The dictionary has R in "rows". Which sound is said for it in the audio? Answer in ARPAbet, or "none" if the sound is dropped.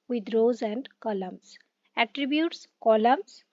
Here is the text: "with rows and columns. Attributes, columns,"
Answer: R